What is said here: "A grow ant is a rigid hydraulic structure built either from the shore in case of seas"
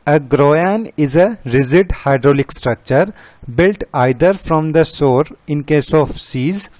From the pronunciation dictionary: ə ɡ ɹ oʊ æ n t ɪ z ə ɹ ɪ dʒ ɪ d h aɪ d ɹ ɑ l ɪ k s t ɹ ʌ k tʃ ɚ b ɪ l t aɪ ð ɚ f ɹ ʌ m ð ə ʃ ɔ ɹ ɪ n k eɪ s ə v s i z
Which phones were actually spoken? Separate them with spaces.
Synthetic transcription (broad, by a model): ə ɡ ɹ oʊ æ n ɪ z ə ɹ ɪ z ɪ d h aɪ d ɹ ɑ l ɪ k s t ɹ ʌ k tʃ ɚ b ɪ l t aɪ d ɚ f ɹ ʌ m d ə s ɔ ɹ ɪ n k eɪ s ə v s i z